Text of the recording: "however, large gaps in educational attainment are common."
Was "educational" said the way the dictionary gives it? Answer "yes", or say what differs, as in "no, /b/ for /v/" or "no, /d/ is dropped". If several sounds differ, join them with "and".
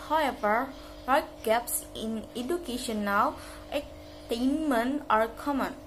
no, /w/ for /l/